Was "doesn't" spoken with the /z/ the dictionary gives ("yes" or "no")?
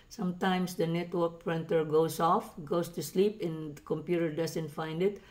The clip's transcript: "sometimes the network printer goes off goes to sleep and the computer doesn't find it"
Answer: no